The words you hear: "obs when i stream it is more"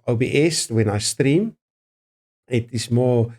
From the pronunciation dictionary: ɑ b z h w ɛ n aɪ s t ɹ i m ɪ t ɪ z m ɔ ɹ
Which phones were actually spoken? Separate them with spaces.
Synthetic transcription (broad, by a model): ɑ b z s w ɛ n aɪ s t ɹ i m ɪ t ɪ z m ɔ